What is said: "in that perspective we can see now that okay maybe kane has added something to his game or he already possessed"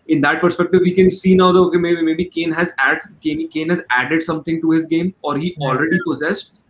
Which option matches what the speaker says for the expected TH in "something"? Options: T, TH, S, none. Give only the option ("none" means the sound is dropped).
T